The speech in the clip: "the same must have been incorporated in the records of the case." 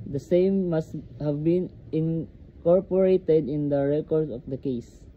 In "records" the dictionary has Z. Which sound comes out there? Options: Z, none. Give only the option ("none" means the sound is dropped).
none